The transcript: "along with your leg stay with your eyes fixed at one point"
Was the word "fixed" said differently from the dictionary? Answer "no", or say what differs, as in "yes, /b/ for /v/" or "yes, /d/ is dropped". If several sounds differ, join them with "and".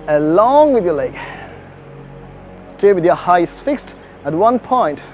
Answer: no